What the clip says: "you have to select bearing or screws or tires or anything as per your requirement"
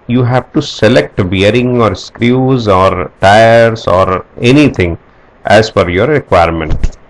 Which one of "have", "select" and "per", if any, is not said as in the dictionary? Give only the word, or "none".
per